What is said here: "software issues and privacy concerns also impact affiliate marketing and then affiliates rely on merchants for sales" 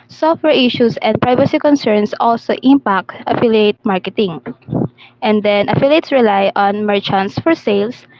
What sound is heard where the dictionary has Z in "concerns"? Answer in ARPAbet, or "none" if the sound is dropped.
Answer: S